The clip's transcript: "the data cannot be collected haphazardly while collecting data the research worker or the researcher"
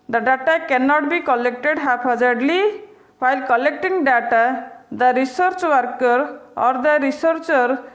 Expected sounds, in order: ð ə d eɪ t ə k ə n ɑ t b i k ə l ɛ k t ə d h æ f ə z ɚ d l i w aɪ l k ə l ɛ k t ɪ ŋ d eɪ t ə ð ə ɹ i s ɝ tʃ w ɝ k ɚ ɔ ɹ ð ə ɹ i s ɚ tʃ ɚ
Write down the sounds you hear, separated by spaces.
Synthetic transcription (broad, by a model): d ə d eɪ t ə k ə n ɑ t b i k ə l ɛ k t ə d h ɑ p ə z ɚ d l i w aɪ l k ə l ɛ k t ɪ ŋ d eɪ t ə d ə ɹ i s ɝ tʃ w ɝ k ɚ ɔ ɹ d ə ɹ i s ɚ tʃ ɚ